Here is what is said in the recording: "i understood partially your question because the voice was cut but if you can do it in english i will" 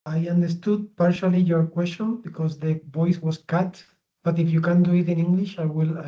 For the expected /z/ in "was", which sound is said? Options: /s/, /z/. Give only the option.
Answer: /s/